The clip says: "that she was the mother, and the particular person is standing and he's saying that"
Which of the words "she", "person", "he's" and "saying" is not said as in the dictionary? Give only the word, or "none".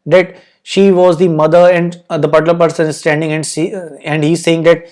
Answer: none